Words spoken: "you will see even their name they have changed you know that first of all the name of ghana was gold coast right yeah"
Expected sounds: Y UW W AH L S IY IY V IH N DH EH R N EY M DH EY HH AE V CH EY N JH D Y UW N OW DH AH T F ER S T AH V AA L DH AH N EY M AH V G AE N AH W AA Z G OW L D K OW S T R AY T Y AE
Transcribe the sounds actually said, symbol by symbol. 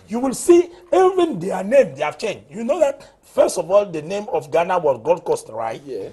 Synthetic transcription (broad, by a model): Y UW W AH L S IY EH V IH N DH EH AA N EY M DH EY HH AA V CH EY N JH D Y UW N OW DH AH T F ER S T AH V AA L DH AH N EY M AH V G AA N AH W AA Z G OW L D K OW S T R AY T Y